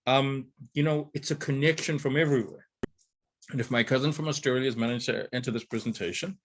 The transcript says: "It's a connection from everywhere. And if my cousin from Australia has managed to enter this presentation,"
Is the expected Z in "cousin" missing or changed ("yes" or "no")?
no